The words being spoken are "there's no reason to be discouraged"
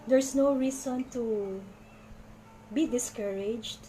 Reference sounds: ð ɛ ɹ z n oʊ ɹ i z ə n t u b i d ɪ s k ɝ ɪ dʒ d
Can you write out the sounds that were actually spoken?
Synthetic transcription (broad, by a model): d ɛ ɹ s n oʊ ɹ i s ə n t u b i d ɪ s k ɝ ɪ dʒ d